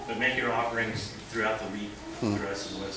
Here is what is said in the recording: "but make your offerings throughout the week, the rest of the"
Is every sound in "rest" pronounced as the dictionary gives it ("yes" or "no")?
no